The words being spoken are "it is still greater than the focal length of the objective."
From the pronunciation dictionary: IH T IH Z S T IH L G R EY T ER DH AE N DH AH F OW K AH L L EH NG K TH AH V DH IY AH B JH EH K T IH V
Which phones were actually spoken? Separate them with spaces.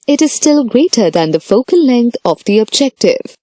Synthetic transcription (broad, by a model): IH T IH Z S T IH L G R EY T ER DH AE N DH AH F OW K AH L L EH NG K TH AH V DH IY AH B JH EH K T IH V